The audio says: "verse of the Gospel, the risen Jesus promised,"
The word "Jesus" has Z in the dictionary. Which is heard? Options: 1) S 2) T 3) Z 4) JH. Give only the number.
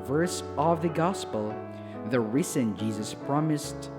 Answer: 3